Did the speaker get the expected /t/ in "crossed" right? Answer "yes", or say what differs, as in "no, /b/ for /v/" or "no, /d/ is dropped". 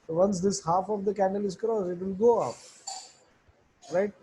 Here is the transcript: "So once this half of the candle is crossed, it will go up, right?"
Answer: no, /t/ is dropped